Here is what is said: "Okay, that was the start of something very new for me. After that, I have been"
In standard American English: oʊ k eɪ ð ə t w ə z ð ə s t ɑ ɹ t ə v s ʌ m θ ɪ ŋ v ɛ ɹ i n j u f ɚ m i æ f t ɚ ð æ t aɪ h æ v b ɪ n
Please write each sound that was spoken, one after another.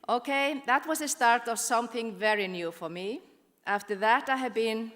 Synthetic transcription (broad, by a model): oʊ k eɪ ð ə t w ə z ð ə s t ɑ ɹ t ə v s ʌ m θ ɪ ŋ v ɛ ɹ i n j u f ɚ m i æ f t ɚ ð æ t aɪ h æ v b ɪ n